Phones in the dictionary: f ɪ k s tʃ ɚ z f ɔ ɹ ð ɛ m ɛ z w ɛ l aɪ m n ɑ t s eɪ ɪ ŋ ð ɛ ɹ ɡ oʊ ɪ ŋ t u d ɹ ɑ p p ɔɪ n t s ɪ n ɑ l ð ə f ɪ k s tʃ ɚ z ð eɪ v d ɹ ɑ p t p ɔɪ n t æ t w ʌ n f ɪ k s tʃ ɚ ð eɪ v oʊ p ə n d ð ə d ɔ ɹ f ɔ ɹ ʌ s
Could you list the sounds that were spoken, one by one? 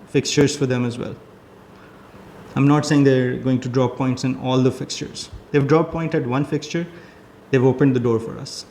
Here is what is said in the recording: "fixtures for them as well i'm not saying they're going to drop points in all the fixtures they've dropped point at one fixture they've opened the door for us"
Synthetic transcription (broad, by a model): f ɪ k s tʃ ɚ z f ɔ ɹ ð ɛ m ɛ z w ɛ l aɪ m n ɑ t s eɪ ɪ ŋ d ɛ ɹ ɡ oʊ ɪ ŋ t u d ɹ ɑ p p ɔɪ n t s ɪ n ɑ l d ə f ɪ k s tʃ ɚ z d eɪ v d ɹ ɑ p p ɔɪ n t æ t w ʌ n f ɪ k s tʃ ɚ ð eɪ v oʊ p ə n d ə d ɔ ɹ f ɔ ɹ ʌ s